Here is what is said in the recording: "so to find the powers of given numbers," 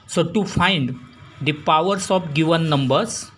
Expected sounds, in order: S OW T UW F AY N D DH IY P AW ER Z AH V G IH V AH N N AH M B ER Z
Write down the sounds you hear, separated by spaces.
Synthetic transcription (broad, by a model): S OW T UW F AY N D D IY P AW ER S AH P G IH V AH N N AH M B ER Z